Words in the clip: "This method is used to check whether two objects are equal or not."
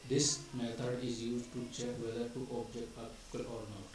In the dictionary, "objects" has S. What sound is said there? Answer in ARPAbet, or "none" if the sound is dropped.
none